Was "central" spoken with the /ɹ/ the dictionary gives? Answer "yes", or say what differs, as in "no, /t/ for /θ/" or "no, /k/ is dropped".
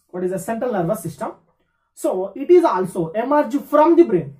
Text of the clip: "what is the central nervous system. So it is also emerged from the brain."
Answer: yes